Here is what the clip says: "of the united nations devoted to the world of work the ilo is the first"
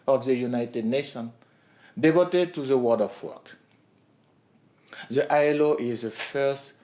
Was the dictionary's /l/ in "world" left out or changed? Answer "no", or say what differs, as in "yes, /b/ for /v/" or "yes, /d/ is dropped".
yes, /l/ is dropped